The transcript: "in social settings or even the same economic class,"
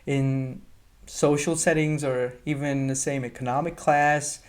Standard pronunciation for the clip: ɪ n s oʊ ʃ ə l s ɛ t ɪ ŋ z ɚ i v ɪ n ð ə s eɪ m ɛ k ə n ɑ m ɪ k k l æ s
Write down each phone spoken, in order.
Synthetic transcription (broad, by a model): ɪ n s oʊ ʃ l s ɛ t ɪ ŋ z ɚ i v ɪ n ð ə s eɪ m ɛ k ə n ɑ m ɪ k k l æ s